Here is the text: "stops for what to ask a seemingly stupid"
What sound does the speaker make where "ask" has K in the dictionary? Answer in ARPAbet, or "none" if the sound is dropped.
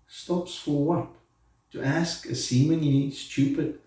K